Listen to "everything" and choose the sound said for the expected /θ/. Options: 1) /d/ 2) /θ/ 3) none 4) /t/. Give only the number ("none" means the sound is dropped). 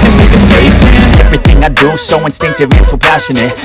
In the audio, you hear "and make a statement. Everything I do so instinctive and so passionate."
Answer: 2